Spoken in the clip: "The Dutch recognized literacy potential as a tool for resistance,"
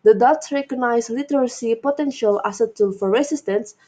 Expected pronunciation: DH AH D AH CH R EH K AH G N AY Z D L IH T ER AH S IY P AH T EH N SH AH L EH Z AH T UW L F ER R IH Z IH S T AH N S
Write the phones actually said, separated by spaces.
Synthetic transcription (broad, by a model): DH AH D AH S R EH K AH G N AY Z L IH T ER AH S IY P AH T EH N SH AH L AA S AH T UW L F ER R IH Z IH S T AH N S